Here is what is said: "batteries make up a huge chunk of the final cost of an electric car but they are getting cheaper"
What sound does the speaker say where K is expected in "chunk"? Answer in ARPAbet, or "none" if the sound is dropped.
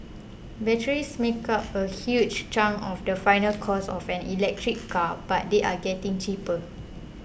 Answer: none